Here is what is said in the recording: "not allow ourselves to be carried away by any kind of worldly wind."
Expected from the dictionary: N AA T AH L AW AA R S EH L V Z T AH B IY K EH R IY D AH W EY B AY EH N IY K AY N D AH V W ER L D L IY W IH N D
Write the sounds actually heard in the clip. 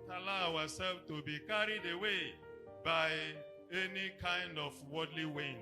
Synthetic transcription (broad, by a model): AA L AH AW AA S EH L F T AH B IY K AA R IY D AH W EY B AY EH N IY K AY N D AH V W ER D L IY W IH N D